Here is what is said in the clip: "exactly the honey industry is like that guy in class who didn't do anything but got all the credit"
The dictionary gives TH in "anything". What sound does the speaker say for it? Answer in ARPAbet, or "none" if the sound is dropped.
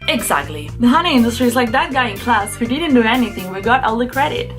TH